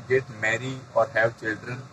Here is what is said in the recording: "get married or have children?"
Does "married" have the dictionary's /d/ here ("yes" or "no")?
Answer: no